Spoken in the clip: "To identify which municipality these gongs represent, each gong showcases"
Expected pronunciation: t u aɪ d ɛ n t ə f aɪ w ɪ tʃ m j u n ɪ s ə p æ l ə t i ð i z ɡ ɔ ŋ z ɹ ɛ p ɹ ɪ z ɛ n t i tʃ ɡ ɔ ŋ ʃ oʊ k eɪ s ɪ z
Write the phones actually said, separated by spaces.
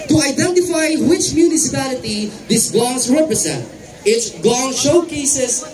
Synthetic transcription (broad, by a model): t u aɪ d ɛ n t ə f aɪ w ɪ tʃ m j u n ɪ s ə p æ l ə t i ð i s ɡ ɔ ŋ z ɹ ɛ p ɹ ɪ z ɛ n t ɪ s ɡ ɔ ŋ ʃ oʊ k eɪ s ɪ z